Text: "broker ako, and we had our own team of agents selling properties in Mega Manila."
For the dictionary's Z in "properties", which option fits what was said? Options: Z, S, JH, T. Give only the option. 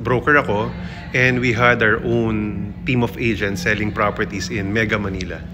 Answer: S